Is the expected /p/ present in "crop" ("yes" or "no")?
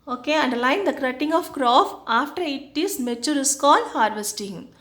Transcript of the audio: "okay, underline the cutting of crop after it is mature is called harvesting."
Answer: no